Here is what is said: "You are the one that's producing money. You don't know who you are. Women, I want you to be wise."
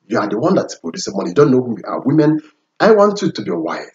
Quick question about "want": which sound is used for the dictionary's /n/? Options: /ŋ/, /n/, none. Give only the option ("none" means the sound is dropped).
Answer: /n/